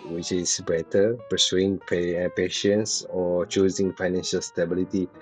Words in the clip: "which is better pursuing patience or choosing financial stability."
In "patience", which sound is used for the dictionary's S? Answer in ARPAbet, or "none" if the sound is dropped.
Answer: S